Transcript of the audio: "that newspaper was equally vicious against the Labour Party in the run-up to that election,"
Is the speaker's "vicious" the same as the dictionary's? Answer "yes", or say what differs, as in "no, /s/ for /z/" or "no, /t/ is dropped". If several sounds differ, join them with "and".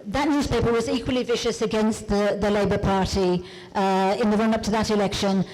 yes